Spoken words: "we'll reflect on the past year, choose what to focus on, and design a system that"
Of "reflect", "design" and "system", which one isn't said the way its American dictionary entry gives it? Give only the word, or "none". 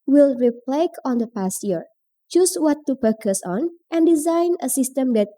reflect